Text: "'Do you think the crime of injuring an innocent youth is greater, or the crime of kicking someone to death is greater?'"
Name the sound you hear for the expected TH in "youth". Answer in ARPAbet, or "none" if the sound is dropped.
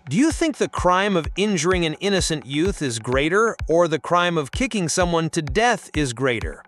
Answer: TH